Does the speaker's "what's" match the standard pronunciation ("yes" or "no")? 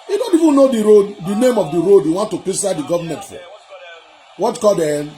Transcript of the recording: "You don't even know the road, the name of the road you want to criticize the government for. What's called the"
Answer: no